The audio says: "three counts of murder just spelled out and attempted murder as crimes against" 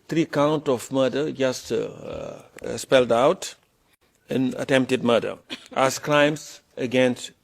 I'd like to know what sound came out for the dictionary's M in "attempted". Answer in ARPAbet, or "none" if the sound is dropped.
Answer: M